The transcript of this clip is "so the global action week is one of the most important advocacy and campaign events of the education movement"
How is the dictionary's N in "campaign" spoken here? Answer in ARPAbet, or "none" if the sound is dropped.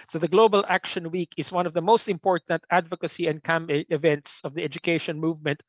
none